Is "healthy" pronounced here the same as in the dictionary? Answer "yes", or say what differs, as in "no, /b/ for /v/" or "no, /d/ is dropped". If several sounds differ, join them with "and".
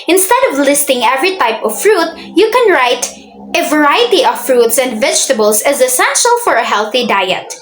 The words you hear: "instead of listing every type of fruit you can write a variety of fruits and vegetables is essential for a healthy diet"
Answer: yes